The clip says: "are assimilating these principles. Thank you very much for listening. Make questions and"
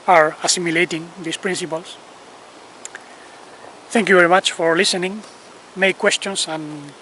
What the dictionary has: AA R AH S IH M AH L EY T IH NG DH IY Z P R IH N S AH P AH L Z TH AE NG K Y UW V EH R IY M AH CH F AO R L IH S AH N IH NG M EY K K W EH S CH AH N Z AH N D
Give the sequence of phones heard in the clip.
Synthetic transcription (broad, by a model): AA R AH S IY M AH L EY T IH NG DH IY S P R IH N S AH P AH L S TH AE NG K Y UW V EH R IY M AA CH F AO R L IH S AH N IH NG M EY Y K W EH S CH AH N S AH N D